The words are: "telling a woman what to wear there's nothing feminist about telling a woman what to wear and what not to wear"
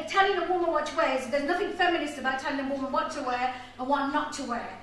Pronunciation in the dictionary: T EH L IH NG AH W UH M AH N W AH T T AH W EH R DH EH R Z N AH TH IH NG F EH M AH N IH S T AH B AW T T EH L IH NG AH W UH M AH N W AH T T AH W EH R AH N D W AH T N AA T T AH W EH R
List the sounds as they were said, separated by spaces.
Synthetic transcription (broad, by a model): T EH L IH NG AH W UH M AH N W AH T T AH W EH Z DH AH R Z N AH TH IH NG F EH M AH N IH S T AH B AW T T EH L IH NG AH W UH M AH N W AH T T AH W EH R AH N W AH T N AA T T AH W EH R